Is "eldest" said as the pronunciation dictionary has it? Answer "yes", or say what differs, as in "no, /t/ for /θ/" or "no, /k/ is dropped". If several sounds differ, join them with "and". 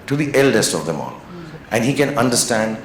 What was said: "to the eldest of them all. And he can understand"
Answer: yes